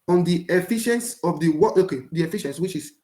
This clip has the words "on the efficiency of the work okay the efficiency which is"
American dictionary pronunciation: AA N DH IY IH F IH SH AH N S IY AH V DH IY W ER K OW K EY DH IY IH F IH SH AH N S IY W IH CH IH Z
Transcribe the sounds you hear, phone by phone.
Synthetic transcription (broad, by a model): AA N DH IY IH F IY SH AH N S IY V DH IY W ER OW K EY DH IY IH F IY SH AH N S W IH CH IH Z